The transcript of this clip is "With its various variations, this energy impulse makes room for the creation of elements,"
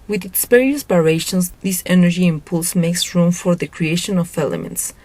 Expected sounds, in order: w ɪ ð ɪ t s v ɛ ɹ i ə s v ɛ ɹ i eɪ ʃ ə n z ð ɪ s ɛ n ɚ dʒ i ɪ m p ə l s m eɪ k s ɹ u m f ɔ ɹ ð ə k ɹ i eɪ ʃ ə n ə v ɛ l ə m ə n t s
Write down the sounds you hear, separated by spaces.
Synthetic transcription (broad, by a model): w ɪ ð ɪ t s p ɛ ɹ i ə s b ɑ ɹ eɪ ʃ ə n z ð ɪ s ɛ n ɚ dʒ i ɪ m p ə l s m eɪ k s ɹ u m f ɔ ɹ ð ə k ɹ i eɪ ʃ ə n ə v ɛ l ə m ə n t s